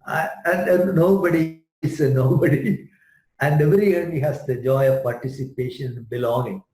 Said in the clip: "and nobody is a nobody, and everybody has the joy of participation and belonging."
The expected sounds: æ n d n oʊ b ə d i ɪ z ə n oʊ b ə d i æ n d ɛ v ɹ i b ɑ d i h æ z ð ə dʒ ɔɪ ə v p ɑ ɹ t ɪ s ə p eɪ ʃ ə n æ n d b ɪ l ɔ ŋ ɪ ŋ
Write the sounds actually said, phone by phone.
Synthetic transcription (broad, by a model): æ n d n oʊ b ə d i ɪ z ə n oʊ b ə d i æ n d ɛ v ɹ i ʌ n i h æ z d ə dʒ ɔɪ ə v p ɑ ɹ t ɪ s ə p eɪ ʃ ə n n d b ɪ l ɔ ŋ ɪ ŋ